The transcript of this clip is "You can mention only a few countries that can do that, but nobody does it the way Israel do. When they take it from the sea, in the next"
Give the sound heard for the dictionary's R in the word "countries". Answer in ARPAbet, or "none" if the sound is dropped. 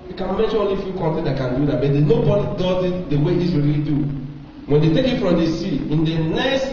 none